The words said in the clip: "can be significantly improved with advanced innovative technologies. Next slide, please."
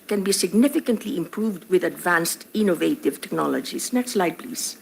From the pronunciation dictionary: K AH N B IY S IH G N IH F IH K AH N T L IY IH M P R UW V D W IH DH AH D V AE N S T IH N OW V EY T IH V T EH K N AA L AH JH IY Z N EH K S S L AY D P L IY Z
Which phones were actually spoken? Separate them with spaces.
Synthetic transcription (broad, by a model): K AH N B IY S IH G N IH F IH K AH N T L IY IH M P R UW V D W IH DH AH D V AE N S T IH N OW V EY T IH V T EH K N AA L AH JH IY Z N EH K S S L AY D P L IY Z